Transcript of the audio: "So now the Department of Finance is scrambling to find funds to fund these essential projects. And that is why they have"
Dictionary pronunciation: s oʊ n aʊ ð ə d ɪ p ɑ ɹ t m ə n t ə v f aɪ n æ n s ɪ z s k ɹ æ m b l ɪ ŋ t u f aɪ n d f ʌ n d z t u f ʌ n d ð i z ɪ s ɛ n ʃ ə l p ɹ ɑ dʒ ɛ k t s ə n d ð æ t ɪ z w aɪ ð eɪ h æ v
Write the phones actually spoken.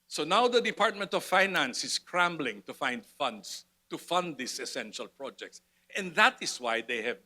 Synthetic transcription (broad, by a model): s oʊ n aʊ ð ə d ɪ p ɑ ɹ t m ə n t ə v f aɪ n æ n s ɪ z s k ɹ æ m b l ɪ ŋ t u f aɪ n d f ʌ n d s t u f ʌ n d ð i s ɪ s ɛ n ʃ ə l p ɹ ɑ dʒ ɛ k t s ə n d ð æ t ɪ s w aɪ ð eɪ h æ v